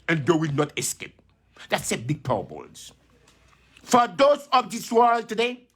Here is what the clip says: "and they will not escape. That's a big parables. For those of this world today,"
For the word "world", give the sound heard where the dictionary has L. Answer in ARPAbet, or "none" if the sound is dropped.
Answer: L